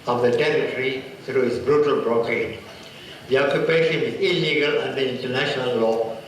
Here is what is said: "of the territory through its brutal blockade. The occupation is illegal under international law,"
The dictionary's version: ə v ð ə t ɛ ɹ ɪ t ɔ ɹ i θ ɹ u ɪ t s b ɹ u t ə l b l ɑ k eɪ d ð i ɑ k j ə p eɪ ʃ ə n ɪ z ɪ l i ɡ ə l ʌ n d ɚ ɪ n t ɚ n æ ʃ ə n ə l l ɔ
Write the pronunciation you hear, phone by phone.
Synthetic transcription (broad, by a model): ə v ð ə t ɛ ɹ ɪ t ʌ ɹ i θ ɹ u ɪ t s b ɹ u t ə l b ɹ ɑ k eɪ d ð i ɑ k j ə p eɪ ʃ ə n ɪ z ɪ l i ɡ ə l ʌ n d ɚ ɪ n t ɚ n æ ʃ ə n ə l l ɔ